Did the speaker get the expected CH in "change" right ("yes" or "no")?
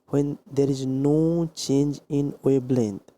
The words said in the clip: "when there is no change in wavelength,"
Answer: yes